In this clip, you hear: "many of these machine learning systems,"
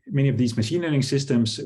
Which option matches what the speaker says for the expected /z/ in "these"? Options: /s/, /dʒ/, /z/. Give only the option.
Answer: /z/